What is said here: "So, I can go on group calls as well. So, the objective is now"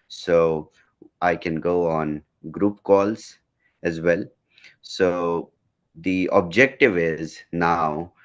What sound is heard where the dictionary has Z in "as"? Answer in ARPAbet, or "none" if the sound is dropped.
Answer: Z